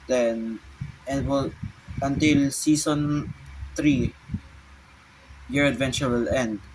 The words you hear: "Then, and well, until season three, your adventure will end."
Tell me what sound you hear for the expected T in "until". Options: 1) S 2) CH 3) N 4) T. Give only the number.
4